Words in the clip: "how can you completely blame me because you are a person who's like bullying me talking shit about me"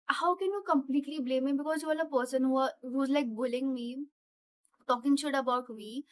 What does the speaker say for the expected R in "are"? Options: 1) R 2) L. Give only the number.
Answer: 2